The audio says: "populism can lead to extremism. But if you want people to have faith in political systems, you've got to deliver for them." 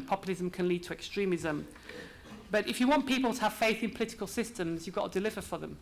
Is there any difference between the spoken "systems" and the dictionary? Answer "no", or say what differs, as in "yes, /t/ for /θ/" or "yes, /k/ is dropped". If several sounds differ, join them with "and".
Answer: no